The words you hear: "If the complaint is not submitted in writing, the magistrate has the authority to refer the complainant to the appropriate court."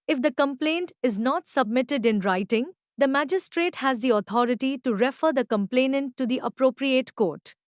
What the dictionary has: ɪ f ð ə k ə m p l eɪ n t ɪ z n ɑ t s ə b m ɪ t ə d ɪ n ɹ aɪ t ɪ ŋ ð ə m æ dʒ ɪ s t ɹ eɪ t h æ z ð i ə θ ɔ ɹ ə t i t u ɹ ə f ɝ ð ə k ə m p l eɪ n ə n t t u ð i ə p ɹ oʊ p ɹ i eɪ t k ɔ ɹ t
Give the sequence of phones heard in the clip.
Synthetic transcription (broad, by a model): ɪ f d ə k ə m p l eɪ n t ɪ z n ɑ t s ə b m ɪ t ə d ɪ n ɹ aɪ t ɪ ŋ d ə m æ dʒ ɪ s t ɹ eɪ t h æ z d i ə t ɔ ɹ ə t i t u ɹ ə f ɝ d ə k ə m p l eɪ n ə n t t u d i ə p ɹ oʊ p ɹ i eɪ t k ɔ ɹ t